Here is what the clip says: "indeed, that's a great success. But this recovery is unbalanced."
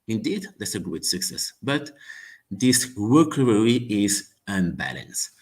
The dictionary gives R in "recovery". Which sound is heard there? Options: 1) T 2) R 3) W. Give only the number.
3